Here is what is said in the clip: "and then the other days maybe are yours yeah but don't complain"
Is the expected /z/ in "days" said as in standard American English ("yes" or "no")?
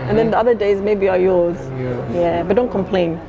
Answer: yes